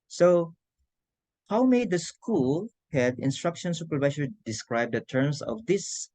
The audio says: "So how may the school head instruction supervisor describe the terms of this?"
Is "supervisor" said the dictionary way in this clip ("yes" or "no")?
no